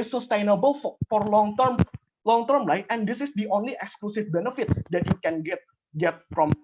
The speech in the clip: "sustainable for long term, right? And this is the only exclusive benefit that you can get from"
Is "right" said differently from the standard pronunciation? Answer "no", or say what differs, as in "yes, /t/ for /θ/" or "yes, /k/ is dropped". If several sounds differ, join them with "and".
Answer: yes, /l/ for /ɹ/